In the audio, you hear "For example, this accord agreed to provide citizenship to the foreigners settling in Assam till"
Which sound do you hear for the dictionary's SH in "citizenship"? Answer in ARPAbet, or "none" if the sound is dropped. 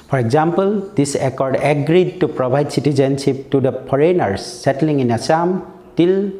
S